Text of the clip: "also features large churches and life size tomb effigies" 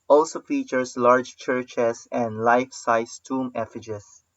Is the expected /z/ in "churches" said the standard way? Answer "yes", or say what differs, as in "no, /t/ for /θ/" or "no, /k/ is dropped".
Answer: no, /s/ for /z/